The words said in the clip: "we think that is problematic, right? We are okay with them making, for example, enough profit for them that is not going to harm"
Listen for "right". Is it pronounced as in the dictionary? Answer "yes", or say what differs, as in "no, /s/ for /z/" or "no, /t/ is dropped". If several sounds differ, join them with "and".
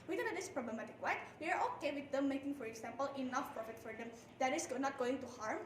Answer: no, /w/ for /ɹ/